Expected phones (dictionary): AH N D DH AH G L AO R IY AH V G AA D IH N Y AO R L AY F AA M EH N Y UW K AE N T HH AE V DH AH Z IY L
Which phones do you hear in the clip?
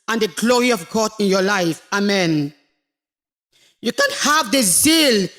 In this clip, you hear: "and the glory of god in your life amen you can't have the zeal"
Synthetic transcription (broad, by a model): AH N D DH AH G L AO R IY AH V G AA D IH N Y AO L AY F AA M EH N Y UW K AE N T HH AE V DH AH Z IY L